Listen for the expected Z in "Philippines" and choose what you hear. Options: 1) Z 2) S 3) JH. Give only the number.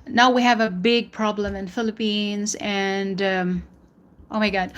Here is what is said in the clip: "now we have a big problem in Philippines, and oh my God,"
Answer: 1